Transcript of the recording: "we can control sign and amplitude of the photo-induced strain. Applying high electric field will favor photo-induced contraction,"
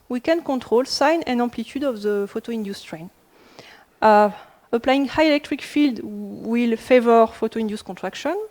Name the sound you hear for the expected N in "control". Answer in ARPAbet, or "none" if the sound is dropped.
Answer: none